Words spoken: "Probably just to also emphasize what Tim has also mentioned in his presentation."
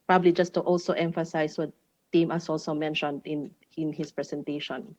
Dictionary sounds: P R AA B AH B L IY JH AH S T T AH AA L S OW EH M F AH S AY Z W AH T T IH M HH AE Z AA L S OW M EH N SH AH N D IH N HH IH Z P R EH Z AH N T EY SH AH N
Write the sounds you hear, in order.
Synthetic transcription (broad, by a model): P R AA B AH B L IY JH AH S T T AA L S OW EH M F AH S AY S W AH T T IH M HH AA S AA L S OW M EH N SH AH N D IH N HH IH S P R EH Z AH N T EY SH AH N